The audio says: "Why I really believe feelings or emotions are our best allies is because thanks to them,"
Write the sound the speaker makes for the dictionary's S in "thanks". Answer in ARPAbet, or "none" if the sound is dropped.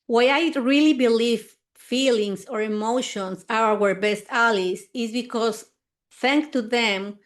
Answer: none